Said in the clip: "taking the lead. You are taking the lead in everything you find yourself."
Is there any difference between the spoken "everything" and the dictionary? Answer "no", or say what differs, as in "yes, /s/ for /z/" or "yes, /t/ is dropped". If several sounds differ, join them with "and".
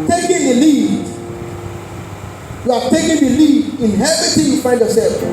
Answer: yes, /ɹ/ is dropped and /t/ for /θ/